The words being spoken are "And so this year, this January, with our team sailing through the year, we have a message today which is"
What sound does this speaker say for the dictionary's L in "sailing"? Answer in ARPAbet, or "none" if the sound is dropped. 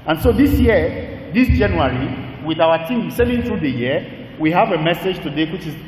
N